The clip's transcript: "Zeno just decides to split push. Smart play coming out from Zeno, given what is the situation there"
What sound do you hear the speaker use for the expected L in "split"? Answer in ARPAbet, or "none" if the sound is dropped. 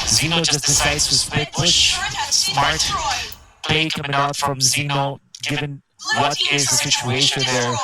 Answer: none